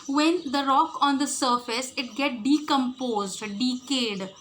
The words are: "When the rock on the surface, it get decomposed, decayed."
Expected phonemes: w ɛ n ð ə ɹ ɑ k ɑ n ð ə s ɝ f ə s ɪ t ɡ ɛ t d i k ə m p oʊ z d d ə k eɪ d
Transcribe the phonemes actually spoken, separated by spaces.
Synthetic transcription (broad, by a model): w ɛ n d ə ɹ ɑ k ɑ n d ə s ɝ f ə s ɪ t ɡ ɛ t d i k ə m p oʊ z d d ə k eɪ d